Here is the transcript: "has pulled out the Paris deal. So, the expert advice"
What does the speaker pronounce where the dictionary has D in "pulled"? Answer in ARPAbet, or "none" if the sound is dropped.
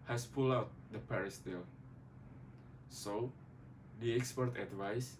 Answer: none